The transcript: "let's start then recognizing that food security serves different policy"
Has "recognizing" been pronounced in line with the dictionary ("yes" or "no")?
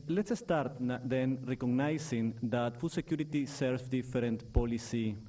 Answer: no